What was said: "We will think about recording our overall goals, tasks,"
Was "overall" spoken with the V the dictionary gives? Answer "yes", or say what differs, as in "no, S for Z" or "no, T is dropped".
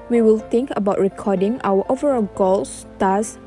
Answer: yes